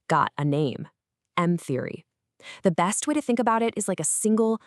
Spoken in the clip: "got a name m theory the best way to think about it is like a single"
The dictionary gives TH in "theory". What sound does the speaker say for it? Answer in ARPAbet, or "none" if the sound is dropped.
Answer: TH